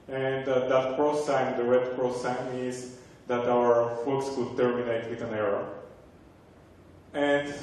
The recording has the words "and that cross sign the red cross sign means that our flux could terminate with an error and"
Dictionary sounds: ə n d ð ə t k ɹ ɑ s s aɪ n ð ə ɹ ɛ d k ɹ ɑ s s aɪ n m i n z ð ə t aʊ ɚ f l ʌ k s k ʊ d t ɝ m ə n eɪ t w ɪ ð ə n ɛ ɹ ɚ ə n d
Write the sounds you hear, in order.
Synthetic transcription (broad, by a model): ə n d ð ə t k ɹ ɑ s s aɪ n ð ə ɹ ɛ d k ɹ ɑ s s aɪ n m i z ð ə t aʊ ɚ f u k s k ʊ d t ɝ m ə n eɪ t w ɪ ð ə n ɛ ɹ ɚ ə n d